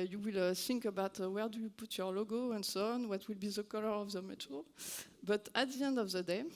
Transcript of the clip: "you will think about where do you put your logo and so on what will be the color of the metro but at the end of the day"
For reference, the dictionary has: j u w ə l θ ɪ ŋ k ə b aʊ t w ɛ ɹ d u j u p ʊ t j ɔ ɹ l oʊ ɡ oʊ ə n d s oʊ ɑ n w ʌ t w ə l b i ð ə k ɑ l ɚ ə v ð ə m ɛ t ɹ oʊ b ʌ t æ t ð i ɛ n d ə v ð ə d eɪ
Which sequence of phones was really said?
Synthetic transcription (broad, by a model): j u w ə l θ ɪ ŋ k ə b aʊ t w ɛ ɹ d u j u p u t j ɔ ɹ l oʊ ɡ oʊ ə n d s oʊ ɑ n w ʌ t w ə l b i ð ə k ɑ l ɚ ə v ð ə m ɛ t oʊ b ʌ t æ t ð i ɛ n d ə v ð ə d eɪ